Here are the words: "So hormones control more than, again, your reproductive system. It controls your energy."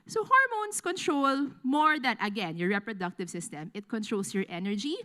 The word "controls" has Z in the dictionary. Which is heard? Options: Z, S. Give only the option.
S